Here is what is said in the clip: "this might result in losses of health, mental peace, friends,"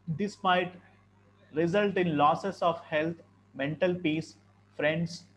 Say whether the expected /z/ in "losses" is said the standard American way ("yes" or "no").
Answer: no